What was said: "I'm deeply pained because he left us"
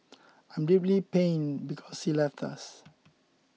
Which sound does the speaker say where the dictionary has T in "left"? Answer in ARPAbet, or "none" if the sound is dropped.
T